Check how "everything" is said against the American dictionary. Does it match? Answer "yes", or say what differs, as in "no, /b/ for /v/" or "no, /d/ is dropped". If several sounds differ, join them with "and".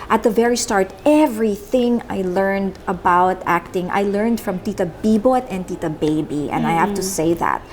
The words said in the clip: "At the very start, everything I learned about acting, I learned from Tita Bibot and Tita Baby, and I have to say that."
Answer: yes